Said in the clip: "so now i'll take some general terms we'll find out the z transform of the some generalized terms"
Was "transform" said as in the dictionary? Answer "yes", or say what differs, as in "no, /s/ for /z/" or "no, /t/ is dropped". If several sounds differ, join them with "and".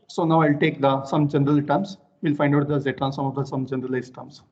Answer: no, /f/ is dropped